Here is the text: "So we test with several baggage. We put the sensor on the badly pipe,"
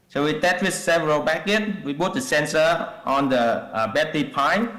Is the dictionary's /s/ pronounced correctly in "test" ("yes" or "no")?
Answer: no